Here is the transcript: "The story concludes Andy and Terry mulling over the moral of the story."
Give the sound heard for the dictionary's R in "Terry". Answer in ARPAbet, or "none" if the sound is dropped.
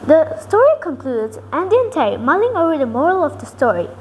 none